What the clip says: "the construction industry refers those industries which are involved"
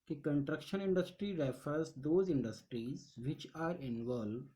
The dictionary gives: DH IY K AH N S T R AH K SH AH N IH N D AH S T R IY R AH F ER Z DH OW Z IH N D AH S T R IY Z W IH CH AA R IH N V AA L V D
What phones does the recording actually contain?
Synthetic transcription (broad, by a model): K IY K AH N T R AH K SH AH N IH N D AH S T R IY R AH F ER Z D OW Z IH N D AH S T R IY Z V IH CH AA R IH N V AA L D